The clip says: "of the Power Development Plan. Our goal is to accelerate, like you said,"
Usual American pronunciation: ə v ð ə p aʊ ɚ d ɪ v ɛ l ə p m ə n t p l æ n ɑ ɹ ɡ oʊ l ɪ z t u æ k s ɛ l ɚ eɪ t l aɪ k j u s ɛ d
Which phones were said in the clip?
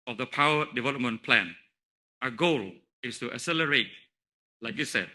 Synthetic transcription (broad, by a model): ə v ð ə p aʊ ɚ d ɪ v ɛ l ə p m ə n p l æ n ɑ ɡ oʊ l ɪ s t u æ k s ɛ l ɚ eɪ t l aɪ k j u s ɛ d